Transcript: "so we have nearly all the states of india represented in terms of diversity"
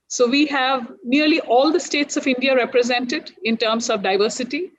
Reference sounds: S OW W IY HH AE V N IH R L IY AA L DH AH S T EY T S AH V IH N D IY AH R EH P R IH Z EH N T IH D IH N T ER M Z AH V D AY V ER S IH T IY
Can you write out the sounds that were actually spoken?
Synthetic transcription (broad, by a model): S OW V IY HH AE V N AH R L IY AA L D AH S T EY T S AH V IH N D IY AH R EH P R IH Z EH N T IH D IH N T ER M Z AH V D AY V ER S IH T IY